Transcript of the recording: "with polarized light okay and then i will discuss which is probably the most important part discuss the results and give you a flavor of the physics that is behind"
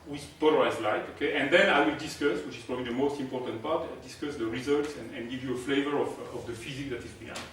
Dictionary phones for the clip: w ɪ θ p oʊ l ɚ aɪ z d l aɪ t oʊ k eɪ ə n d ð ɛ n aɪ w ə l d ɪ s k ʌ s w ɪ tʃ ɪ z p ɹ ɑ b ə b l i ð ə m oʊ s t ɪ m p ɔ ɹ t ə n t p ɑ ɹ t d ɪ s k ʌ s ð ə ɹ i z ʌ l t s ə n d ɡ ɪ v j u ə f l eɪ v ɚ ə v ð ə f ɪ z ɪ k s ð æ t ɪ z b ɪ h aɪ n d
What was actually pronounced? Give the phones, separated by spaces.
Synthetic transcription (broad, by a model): w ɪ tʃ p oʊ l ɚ aɪ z l aɪ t oʊ k eɪ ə n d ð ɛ n aɪ w ə l d ɪ s k ʌ s w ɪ tʃ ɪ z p ɹ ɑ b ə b l i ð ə m oʊ s t ɪ m p ɔ ɹ t ə n t p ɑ ɹ t d ɪ s k ʌ s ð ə ɹ i z ʌ l t s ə n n ɡ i v j u ə f l eɪ v ɚ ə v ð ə f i z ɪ k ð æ t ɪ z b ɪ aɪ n